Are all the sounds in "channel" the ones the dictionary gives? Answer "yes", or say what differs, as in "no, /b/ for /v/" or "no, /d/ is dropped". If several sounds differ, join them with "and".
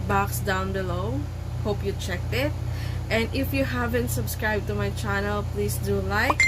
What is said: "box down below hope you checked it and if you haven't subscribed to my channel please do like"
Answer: yes